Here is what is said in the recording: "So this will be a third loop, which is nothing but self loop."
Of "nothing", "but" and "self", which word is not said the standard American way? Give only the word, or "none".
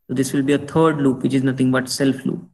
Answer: nothing